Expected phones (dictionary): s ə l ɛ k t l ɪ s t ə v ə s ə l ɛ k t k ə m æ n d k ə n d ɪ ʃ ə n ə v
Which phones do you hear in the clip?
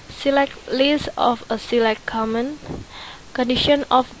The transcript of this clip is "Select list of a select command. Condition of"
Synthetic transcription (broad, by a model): s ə l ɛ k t l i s ə f ə s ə l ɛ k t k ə m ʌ n k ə n d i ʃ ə n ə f